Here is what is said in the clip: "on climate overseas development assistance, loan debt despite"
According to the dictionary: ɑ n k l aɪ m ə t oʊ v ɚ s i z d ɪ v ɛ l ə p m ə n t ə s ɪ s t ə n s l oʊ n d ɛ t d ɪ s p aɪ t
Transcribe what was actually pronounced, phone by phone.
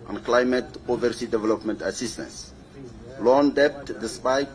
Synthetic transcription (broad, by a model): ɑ n k l aɪ m ə t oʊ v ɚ s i d ɪ v ɛ l ə p m ə n t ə s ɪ s t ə n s l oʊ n d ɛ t d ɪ s p aɪ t